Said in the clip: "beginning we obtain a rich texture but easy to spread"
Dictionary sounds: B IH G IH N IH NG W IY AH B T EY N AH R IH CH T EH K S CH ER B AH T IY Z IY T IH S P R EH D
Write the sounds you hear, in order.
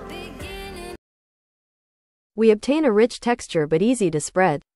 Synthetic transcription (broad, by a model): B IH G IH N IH W IY AH B T EY N AH R IH CH T EH K S CH ER B AH T IY Z IY T IH S P R EH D